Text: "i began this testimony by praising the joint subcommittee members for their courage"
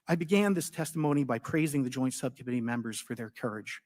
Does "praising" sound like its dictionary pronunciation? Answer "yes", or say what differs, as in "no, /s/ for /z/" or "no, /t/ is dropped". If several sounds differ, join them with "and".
yes